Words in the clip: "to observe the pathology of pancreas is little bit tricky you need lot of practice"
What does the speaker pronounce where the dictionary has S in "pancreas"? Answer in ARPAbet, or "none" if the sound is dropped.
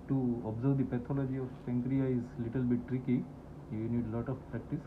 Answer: none